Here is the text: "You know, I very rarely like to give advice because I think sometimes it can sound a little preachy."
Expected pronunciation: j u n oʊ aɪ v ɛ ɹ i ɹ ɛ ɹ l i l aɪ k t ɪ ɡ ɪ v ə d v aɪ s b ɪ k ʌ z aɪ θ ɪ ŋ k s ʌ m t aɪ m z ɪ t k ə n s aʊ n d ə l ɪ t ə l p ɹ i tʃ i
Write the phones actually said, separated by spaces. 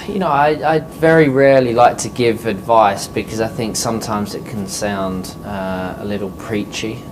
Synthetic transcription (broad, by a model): j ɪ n oʊ aɪ v ɛ ɹ i ɹ ɛ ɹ l i l aɪ k t ɪ ɡ ɪ v ə d v aɪ s b ɪ k ʌ z aɪ θ ɪ ŋ k s ʌ m t aɪ m z ɪ t k ə n s aʊ n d ə l ɪ t l p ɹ i tʃ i